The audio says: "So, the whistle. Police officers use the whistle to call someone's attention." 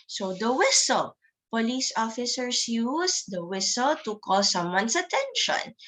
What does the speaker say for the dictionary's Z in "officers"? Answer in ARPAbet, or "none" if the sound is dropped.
S